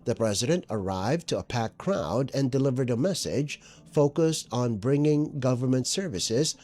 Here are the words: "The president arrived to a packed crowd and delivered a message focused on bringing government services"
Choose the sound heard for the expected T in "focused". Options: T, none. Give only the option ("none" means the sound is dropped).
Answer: T